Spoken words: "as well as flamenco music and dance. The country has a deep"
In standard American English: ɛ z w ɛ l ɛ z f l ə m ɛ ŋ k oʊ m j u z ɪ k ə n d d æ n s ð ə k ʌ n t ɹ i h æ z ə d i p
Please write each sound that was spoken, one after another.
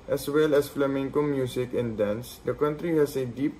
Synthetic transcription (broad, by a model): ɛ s w ɛ l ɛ s f l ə m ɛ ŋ k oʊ m j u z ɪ k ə n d d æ n s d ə k ʌ n t ɹ i h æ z ə d i p